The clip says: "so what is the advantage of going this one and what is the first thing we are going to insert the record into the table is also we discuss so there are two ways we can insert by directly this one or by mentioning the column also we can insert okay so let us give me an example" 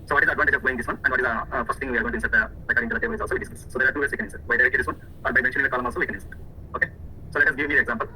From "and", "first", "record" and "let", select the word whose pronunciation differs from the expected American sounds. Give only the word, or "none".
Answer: record